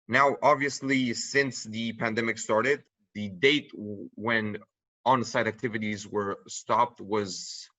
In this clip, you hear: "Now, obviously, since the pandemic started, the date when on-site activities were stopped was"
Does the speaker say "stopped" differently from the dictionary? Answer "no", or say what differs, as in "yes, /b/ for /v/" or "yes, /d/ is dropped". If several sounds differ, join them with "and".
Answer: no